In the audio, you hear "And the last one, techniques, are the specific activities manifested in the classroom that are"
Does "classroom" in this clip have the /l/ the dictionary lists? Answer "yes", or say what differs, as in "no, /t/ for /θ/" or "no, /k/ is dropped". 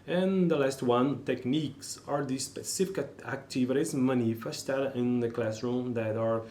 yes